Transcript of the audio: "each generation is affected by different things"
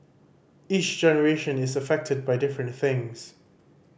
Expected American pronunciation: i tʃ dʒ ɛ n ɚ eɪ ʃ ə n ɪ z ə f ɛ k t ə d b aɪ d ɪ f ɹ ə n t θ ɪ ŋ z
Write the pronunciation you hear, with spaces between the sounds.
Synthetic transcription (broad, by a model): i tʃ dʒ ɛ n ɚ eɪ ʃ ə n ɪ z ə f ɛ k t ə d b aɪ d ɪ f ɹ ə n t θ ɪ ŋ z